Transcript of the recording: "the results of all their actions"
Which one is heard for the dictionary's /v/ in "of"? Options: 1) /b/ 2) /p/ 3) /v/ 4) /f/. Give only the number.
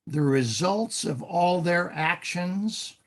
3